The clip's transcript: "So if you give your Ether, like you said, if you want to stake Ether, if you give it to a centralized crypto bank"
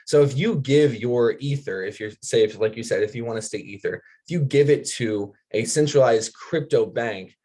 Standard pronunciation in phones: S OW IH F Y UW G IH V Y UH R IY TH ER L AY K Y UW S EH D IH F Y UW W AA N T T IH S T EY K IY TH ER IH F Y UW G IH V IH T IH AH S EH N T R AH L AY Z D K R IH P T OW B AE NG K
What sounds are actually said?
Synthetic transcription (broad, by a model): S OW IH F Y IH G IH V Y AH R IY TH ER L AY K Y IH S EH D IH F Y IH W AA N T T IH S T EY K IY TH ER IH F Y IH G IH V IH T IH AH S EH N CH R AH L AY Z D K R IH P T OW B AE NG K